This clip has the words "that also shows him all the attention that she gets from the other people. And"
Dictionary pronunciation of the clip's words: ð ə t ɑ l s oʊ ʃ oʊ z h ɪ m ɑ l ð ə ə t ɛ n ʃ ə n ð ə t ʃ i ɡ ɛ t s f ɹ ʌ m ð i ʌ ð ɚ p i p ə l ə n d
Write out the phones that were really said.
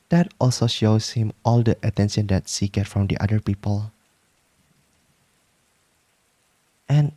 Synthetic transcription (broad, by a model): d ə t ɑ l s oʊ ʃ oʊ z h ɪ m ɑ l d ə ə t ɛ n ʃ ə n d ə t s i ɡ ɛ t f ɹ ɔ m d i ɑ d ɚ p i p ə l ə n